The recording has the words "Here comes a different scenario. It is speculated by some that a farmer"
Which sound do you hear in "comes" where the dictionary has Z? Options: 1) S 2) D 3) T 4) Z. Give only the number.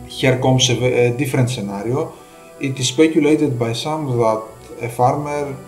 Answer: 1